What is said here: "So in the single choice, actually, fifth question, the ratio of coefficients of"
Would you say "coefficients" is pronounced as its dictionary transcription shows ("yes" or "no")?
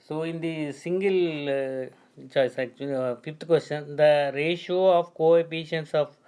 no